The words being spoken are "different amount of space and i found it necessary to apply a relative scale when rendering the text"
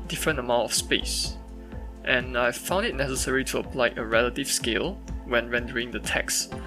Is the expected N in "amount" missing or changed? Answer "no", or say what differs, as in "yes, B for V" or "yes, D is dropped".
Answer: yes, N is dropped